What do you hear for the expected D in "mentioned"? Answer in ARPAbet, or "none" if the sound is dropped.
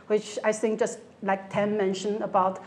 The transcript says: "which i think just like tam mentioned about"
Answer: none